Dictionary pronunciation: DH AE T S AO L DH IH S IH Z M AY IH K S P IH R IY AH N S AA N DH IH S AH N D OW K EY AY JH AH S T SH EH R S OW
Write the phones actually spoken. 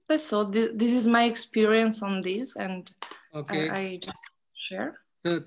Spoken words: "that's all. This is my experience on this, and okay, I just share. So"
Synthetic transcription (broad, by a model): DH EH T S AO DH DH IH S IH Z M AY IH K S P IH R IY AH N S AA N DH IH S AH N D OW K EY AY JH AH S T SH EH R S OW